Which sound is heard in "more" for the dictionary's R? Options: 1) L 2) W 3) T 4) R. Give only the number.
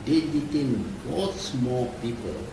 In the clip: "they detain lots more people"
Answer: 1